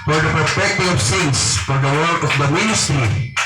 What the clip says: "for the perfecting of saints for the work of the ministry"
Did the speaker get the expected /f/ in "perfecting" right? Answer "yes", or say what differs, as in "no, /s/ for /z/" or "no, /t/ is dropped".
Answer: no, /p/ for /f/